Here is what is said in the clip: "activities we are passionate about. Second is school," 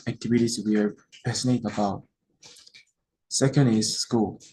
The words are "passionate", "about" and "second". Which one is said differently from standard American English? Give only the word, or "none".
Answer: passionate